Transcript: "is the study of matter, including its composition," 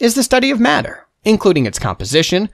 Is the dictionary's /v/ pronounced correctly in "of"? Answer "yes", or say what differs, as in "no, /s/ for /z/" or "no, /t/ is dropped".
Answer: yes